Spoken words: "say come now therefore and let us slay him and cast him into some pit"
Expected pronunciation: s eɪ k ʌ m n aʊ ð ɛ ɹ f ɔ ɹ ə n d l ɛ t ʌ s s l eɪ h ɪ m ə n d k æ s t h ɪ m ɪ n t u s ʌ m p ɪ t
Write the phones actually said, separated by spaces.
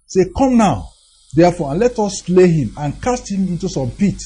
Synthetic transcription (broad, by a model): s eɪ k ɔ m n aʊ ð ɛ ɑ f ɔ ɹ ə n l ɛ t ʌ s s l eɪ h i m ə n k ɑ s t h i m ɪ n t u s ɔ m p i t